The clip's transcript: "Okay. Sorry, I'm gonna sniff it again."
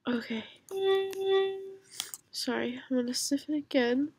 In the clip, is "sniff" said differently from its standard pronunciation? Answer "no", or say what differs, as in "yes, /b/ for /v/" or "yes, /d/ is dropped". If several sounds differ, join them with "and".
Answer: yes, /n/ is dropped